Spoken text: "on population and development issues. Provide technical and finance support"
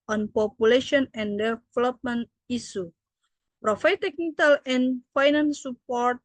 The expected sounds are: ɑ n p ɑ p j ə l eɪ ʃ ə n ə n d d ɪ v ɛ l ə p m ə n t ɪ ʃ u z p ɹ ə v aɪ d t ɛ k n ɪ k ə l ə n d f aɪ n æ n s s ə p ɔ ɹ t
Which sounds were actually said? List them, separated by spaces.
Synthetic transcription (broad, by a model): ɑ n p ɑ p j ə l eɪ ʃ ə n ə n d d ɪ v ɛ l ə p m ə n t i s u p ɹ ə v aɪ t ɛ k n ɪ k ə l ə n f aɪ n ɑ n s s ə p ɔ ɹ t